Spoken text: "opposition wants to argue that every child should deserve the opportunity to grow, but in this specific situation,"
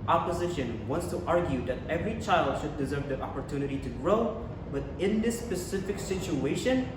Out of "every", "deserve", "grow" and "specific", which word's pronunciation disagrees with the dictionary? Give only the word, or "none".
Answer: none